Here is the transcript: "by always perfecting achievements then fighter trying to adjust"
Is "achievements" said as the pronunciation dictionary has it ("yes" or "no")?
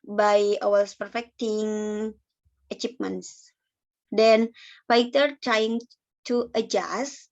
no